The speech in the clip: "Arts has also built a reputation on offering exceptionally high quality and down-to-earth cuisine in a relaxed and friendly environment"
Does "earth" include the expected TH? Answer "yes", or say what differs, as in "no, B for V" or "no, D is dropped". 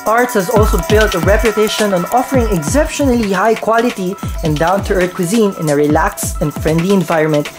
no, T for TH